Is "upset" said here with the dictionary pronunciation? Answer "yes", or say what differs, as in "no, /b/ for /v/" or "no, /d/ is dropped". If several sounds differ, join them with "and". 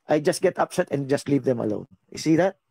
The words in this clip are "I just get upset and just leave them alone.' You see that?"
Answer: yes